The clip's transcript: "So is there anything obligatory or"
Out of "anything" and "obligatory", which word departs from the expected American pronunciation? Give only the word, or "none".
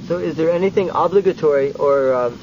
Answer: none